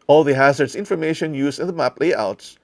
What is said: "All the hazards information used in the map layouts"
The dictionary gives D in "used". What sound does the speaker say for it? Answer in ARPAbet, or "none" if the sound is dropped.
none